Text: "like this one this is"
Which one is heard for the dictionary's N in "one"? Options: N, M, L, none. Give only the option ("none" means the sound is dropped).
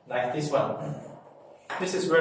L